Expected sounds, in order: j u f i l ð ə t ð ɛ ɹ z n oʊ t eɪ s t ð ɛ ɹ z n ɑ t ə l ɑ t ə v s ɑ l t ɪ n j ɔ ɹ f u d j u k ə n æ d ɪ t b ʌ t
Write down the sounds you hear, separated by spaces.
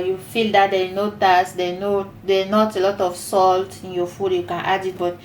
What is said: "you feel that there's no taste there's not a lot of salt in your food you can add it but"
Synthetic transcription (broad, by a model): j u f i l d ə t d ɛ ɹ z n oʊ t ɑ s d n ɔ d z n ɑ t ə l ɑ t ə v s ɑ l t ɪ n j ɔ f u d j u k ə n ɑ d ɪ t b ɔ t